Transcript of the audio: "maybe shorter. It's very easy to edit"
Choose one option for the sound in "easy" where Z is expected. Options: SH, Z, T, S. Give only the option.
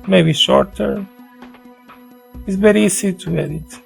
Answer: S